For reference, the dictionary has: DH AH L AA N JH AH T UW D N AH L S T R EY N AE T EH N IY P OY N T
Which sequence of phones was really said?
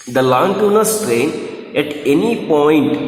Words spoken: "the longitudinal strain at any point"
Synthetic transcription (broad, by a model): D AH L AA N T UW N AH S T R EY N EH T EH N IY P OY N T